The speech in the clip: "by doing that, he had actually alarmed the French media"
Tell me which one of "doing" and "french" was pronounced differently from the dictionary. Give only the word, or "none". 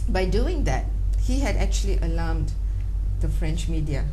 none